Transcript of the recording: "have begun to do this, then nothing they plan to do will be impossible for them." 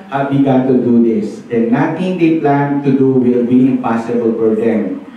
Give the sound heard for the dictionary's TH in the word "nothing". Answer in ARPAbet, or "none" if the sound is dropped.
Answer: T